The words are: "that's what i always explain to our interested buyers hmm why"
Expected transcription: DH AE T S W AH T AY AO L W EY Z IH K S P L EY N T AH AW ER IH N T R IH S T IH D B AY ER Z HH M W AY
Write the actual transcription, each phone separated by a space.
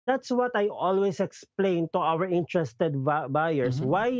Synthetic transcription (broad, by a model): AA T S W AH T AY AO L W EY S IH K S P L EY N T AH AW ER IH N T R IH S T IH D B AY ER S W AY